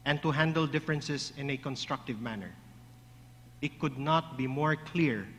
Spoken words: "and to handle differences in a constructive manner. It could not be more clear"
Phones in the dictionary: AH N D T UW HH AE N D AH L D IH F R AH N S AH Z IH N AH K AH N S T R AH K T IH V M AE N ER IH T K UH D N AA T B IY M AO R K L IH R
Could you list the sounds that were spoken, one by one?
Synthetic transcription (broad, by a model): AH N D T UW HH AE N D AH L D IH F R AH N S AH S IH N AH K AH N S T R AH K T IH V M AE N ER IH T K UH D N AA T B IY M AO R K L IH R